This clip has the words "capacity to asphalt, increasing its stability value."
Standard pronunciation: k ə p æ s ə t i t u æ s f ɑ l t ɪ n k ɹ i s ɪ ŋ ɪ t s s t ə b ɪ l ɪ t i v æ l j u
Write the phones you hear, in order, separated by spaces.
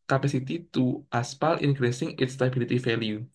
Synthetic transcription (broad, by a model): k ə p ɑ s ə t i t u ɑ s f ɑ l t ɪ n k ɹ i s ɪ ŋ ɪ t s s t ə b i l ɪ t i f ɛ l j u